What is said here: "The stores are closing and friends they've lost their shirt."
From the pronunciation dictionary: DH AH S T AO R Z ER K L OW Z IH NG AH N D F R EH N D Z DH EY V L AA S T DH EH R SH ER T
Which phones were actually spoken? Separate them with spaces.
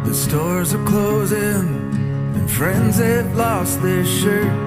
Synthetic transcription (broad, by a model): DH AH S T AO R Z ER K L OW Z IH NG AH N F R EH N D Z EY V L AA S T DH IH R SH ER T